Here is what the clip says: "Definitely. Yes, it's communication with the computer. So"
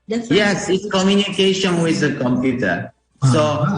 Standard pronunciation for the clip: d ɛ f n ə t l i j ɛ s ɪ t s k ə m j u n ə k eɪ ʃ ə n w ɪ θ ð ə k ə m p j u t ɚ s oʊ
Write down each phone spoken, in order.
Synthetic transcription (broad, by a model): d j ɛ s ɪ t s k ə m j u n ə k eɪ ʃ ə n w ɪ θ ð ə k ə m p j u t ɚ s oʊ